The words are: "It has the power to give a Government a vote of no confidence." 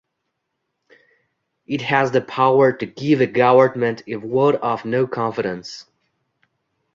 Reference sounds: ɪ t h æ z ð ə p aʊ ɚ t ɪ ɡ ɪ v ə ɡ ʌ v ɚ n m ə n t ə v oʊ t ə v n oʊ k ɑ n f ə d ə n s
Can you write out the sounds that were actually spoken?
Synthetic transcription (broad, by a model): ɪ t h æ z ð ə p aʊ ɚ t ɪ ɡ ɪ v ə ɡ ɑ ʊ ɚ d m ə n t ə w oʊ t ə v n oʊ k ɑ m f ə d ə n s